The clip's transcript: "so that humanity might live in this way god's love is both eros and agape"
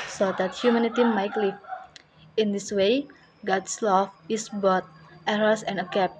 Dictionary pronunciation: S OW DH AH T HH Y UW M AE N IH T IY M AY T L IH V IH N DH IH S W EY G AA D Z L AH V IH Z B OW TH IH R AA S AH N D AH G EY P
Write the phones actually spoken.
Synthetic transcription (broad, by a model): S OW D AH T HH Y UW M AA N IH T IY M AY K L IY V IH N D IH S W EY G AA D S L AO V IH S B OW T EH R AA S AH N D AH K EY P